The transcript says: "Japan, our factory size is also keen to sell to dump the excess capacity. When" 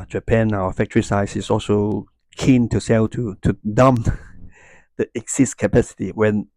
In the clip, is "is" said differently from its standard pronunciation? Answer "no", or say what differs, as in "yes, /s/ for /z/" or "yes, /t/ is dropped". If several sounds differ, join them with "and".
yes, /s/ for /z/